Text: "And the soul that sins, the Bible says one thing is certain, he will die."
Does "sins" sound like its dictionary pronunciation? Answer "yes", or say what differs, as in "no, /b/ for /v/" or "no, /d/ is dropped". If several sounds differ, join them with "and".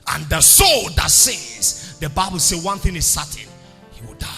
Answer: no, /n/ is dropped